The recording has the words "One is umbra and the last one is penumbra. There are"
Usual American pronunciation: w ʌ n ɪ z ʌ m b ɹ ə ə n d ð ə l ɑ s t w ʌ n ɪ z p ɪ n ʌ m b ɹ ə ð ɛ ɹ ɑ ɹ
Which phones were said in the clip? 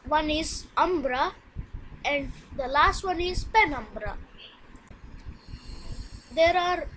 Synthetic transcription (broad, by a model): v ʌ n ɪ z ʌ m b ɹ ə ə n d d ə l ɑ s t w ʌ n ɪ z p ɪ n ʌ m b ɹ ə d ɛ ɹ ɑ ɹ